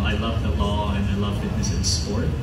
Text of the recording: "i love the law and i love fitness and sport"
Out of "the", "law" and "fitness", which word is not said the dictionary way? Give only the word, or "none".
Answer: fitness